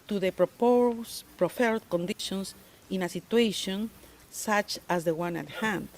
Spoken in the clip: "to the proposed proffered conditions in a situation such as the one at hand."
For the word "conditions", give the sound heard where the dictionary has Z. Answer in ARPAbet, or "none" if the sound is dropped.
S